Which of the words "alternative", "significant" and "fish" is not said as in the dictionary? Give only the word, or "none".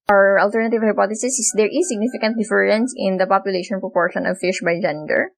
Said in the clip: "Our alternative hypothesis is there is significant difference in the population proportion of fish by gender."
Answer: none